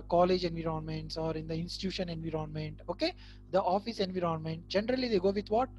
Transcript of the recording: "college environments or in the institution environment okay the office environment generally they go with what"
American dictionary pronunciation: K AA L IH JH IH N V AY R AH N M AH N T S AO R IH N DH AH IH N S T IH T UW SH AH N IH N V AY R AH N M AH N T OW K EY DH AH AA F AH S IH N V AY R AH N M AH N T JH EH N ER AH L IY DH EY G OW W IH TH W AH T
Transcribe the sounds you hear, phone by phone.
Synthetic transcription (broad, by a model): K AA L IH JH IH N V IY R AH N M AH N T S AO R IH N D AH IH N S T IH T UW SH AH N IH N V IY R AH N M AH N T OW K EY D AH AA F AH S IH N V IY R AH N M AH N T JH EH N ER AH L IY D EY G OW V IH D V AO T